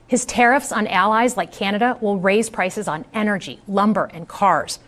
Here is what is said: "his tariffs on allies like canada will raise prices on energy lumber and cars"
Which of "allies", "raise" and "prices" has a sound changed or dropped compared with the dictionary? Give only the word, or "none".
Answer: none